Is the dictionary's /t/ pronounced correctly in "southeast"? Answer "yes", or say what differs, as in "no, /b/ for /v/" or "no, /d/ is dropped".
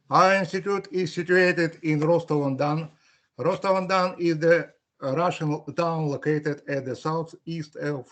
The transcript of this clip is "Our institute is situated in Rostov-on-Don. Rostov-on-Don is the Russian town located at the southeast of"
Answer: yes